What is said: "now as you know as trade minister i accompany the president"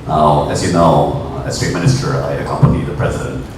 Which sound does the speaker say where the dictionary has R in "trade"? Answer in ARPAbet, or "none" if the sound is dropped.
none